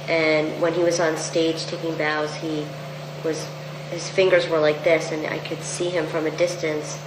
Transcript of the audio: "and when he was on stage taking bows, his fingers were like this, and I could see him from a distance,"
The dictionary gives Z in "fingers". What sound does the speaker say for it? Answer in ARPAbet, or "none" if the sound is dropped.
Z